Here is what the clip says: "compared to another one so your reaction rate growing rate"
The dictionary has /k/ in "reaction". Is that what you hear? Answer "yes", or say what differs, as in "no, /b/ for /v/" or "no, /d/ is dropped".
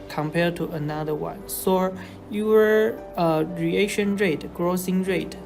no, /k/ is dropped